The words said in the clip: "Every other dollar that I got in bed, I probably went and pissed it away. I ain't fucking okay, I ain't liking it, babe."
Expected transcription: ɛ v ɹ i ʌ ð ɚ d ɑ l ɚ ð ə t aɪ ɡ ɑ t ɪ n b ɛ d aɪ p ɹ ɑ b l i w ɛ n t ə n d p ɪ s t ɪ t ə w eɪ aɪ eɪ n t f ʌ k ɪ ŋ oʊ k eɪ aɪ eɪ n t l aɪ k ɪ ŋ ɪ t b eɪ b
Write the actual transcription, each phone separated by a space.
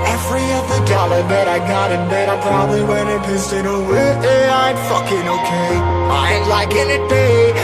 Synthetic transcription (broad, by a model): ɛ v ɹ i ʌ ð ɚ d ɑ l ɚ ð ə t aɪ ɡ ɑ t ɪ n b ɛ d aɪ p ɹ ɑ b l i w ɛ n ə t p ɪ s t ɪ t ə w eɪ aɪ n f ʌ k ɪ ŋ oʊ k eɪ aɪ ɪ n l aɪ k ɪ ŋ ɪ t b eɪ